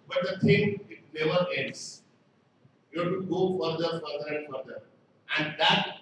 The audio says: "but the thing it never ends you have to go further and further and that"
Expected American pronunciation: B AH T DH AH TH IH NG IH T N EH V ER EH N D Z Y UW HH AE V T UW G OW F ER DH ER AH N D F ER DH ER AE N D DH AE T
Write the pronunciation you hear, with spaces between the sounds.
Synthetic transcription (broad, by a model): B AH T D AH T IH NG IH T N EH V ER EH N D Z Y UW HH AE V T UW G OW F ER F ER AH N D F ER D ER AE N D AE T